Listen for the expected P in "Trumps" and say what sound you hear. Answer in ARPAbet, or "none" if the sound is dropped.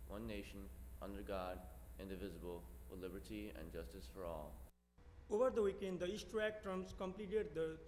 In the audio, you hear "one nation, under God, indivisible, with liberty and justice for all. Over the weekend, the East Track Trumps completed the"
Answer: none